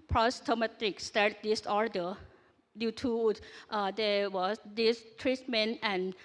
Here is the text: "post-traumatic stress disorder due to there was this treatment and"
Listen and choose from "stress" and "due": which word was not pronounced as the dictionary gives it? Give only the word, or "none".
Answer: stress